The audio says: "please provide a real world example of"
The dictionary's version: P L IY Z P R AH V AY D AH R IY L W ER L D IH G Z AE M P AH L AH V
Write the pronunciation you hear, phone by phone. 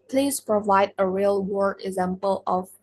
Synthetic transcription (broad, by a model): P L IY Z P R AH V AY D AH R IY L W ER D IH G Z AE M P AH L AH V